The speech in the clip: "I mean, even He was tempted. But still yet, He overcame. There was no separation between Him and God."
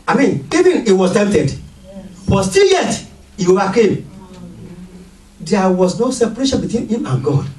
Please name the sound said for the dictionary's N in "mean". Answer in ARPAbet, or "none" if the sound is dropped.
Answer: N